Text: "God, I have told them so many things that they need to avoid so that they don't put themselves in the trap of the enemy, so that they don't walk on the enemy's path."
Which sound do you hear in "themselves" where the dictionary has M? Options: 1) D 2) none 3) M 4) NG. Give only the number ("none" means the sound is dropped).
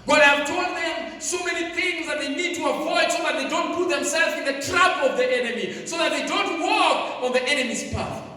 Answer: 3